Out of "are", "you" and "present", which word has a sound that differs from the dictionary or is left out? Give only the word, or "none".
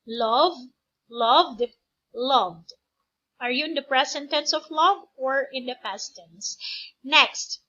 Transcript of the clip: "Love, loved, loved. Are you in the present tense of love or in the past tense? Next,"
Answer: present